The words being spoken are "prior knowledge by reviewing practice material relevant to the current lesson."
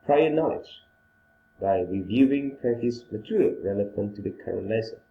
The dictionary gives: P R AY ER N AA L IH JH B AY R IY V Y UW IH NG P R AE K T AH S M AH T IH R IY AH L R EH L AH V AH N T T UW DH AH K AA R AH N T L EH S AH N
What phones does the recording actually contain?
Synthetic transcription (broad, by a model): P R AY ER N AA L IH JH B AY R IY V Y UW IH NG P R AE T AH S M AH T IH R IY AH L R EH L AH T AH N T T UW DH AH K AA R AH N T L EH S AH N